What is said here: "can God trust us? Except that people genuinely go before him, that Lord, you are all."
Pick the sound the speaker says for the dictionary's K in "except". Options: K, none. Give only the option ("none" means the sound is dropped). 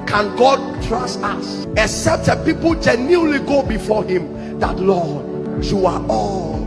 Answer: K